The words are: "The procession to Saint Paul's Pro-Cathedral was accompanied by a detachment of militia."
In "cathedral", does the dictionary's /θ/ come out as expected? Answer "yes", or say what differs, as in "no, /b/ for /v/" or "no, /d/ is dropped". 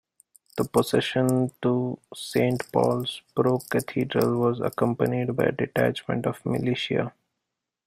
no, /t/ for /θ/